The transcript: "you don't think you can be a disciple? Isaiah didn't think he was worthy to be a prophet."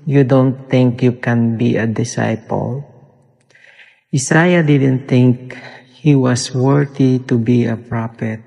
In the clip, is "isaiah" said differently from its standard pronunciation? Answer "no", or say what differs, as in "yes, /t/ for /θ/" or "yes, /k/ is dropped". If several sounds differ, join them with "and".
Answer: yes, /s/ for /z/